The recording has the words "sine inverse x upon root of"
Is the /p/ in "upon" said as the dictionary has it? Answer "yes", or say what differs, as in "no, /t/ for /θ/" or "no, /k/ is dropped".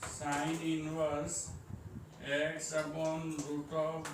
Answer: no, /b/ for /p/